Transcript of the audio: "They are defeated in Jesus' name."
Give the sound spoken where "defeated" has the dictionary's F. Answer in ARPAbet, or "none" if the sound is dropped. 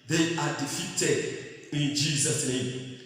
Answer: F